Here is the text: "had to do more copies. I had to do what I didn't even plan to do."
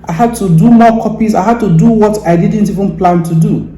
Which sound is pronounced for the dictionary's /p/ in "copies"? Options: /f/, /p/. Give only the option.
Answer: /p/